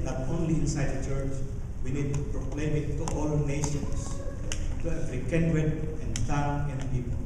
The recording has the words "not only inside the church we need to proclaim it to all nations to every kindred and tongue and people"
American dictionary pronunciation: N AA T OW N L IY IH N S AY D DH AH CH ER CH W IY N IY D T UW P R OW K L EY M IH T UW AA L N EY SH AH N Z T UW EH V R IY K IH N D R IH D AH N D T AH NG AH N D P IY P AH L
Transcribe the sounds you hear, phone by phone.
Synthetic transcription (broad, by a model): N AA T OW N L IY IH N S AY D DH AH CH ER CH W IY N IY D T UW P R OW K L EY M IH T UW AA L N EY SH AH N S T UW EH F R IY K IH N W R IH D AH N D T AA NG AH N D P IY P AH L